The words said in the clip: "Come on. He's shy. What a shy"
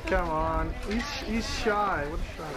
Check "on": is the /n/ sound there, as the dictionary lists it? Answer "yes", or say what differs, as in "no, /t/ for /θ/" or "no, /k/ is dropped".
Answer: yes